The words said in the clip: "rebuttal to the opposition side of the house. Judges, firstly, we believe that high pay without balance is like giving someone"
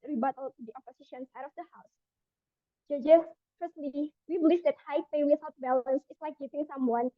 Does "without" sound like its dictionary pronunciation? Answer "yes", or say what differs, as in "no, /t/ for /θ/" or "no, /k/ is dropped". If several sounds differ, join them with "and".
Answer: no, /s/ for /θ/